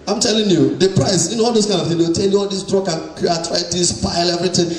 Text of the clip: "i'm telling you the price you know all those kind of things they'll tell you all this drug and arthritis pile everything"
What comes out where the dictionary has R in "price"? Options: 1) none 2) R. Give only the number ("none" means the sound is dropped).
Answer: 2